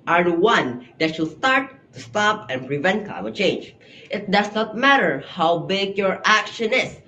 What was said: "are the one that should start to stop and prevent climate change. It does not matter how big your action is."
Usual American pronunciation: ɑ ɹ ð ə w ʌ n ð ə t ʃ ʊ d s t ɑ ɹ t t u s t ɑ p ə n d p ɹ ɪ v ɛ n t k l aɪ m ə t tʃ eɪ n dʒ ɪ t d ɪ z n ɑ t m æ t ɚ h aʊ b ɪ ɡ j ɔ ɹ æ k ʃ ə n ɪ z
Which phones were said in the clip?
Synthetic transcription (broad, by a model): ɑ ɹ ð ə w ʌ n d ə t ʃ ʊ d s t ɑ ɹ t t u s t ɑ p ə n p ɹ ɪ v ɛ n t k aɪ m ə tʃ eɪ n dʒ ɪ t d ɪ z n ɑ t m æ t ɚ h aʊ b ɪ ɡ j ɔ ɹ æ k ʃ ə n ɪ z